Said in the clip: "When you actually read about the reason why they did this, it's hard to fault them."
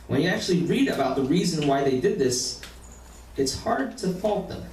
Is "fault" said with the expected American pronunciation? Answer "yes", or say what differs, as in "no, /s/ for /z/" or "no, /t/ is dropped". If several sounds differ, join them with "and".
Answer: yes